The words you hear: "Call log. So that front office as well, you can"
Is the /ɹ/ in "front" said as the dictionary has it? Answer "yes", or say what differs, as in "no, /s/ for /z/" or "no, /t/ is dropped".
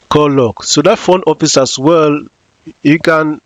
no, /ɹ/ is dropped